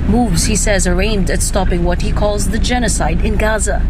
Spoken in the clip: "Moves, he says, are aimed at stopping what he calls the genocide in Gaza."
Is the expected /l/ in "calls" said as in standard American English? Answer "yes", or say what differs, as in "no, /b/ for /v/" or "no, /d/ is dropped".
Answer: yes